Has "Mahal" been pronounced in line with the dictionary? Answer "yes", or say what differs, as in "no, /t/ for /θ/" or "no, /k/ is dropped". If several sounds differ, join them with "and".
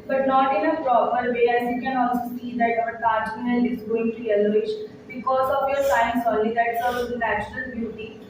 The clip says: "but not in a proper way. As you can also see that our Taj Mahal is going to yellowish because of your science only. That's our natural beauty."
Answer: no, /n/ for /l/